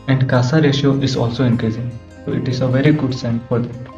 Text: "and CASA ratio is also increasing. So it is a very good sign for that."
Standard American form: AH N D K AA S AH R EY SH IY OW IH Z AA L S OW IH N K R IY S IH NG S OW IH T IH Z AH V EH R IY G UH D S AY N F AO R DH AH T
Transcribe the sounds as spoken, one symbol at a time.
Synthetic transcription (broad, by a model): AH N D K AA S AH R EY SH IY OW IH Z AA L S OW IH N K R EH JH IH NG S OW IH T IH Z AH V EH R IY G UH D S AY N F AO R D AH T